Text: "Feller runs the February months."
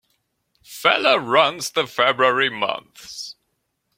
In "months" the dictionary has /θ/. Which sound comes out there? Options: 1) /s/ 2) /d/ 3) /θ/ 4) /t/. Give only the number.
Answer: 3